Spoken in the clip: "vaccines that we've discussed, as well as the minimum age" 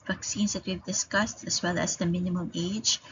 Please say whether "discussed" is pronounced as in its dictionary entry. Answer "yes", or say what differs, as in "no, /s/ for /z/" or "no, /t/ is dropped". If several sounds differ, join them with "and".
yes